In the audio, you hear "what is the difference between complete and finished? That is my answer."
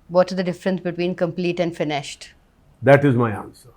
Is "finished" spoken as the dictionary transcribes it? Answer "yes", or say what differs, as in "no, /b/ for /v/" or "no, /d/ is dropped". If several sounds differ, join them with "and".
yes